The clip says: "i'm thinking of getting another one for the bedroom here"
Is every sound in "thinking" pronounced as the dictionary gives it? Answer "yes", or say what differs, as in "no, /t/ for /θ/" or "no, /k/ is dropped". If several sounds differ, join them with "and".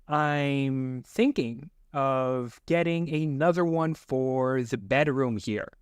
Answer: yes